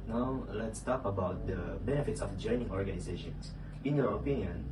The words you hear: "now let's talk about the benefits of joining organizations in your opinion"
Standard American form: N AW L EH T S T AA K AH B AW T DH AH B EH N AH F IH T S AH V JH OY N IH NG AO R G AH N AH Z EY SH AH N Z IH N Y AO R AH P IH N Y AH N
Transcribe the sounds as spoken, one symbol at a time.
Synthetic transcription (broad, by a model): N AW L EH T S T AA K AH B AW T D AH B EH N AH F IH T S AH F JH OY N IH NG AO R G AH N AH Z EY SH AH N S IH N Y AO R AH P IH N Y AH N